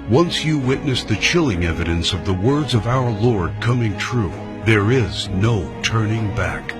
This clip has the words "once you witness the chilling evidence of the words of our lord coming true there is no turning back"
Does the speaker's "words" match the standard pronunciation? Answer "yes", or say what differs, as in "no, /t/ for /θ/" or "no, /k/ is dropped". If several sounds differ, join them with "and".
yes